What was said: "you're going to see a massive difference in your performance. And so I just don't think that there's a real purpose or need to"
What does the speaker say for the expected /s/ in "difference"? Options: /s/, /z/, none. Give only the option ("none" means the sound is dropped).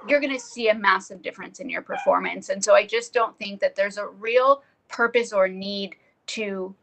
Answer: /s/